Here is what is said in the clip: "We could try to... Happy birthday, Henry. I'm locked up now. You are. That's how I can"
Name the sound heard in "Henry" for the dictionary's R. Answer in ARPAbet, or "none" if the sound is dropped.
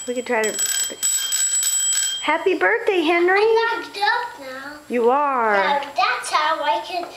R